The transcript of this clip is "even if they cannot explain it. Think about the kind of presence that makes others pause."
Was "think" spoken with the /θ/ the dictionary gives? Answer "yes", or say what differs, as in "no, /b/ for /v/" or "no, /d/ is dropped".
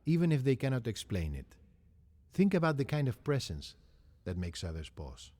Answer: yes